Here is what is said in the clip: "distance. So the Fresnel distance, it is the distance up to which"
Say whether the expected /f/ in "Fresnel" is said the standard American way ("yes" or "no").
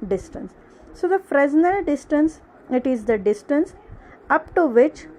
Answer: yes